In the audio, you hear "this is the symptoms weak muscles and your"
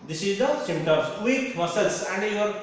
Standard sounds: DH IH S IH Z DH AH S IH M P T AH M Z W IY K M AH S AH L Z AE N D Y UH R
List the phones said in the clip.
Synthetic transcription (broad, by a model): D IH S IH Z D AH S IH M T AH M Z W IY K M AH S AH L S AE N D Y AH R